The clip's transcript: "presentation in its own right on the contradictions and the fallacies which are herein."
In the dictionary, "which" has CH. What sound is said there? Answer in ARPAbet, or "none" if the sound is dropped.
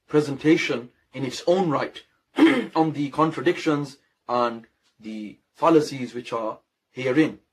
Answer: CH